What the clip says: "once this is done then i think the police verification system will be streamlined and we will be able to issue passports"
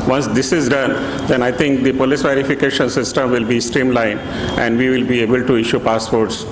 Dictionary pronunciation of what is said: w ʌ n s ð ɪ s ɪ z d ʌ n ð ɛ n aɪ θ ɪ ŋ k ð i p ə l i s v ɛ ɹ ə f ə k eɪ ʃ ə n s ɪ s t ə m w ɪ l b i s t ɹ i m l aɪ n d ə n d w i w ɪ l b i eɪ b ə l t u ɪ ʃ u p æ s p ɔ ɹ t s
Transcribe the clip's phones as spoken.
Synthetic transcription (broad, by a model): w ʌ n s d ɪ s ɪ z d ʌ n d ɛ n aɪ t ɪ ŋ k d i p ə l i s v ɛ ɹ ə f ə k eɪ ʃ ə n s ɪ s t ə m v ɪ l b i s t ɹ i m l aɪ n ə n d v i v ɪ l b i eɪ b ə l t u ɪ ʃ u p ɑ s p ɔ ɹ t s